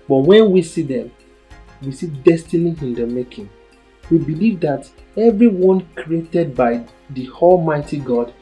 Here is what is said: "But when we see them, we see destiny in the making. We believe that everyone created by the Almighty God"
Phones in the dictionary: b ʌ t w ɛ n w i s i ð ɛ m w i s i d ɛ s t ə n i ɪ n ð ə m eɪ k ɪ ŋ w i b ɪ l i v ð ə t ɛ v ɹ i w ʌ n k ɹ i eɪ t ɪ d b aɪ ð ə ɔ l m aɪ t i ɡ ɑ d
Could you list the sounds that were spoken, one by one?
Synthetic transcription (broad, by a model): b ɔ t w ɛ n w i s i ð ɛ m w i s i d ɛ s t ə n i ɪ n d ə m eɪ k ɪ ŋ w i b ɪ l i v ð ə t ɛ v ɹ i w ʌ n k ɹ i eɪ t ɪ d b aɪ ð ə ɔ l m aɪ t i ɡ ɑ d